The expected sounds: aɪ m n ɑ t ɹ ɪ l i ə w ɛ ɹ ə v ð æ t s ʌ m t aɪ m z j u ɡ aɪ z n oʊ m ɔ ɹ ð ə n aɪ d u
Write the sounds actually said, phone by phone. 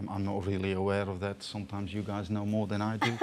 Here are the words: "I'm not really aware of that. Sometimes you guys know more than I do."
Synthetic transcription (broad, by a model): aɪ m n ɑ t ɹ ɪ l i ə w ɛ ɹ ə v ð æ t s ʌ m t aɪ m z j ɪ ɡ aɪ z n oʊ m ɔ ɹ ð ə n aɪ d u